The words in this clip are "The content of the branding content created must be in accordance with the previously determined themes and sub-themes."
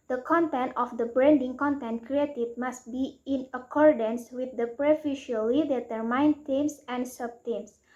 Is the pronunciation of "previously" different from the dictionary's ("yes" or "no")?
yes